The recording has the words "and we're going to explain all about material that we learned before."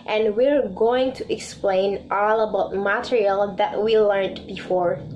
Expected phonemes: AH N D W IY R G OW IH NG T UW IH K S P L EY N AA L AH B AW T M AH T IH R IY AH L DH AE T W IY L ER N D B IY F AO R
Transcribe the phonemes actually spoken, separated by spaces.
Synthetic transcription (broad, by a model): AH N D W IY R G OW IH NG T UW IH K S P L EY N AA L AH B AW T M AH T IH R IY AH L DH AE T W IY L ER N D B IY F AO R